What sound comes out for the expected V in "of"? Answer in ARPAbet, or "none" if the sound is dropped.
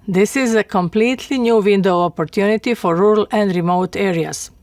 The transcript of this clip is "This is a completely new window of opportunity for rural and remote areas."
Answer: P